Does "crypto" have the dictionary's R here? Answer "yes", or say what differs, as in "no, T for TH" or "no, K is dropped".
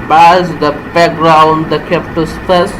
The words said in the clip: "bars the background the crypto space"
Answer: no, R is dropped